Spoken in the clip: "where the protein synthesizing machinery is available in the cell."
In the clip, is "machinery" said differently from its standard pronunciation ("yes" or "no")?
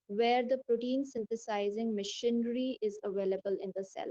no